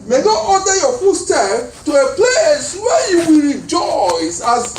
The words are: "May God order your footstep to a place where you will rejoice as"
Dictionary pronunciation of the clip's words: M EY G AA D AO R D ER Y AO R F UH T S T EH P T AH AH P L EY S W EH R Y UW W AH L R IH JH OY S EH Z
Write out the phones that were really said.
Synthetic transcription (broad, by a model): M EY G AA AO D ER Y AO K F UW S T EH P T AH AH P L EY S W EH Y UW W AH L R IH JH OY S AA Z